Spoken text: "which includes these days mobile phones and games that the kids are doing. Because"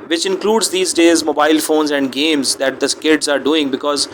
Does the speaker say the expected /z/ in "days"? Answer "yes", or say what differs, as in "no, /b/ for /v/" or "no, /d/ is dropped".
yes